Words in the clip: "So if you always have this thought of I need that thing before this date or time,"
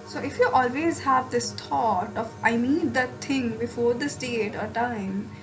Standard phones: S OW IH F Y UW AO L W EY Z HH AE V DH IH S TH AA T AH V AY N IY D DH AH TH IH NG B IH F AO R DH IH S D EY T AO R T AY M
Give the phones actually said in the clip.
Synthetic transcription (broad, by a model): S OW IH F Y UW AO L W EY Z HH AE V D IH S T AA T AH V AY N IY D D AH T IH NG B IH F AO R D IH S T EY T AO R T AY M